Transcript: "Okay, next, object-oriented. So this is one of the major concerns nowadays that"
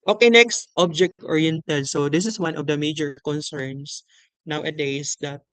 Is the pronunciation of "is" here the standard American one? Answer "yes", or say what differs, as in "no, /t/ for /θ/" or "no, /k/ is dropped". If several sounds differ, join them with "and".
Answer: no, /s/ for /z/